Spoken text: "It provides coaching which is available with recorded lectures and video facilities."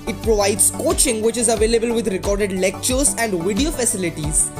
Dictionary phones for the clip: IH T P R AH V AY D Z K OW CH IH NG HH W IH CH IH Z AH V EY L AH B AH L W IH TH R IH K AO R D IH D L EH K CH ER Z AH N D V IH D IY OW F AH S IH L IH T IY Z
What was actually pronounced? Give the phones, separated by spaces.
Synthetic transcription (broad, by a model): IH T P R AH V AY D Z K OW CH IH NG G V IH CH IH Z AH V EY L AH B AH L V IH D R IH K AO R D IH D L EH K CH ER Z AH N D V IH D IY OW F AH S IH L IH T IY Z